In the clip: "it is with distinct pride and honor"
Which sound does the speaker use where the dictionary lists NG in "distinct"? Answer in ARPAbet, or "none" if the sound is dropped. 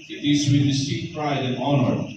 none